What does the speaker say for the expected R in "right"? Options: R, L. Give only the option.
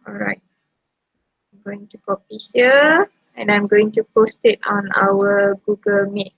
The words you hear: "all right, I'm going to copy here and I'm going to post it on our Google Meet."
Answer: R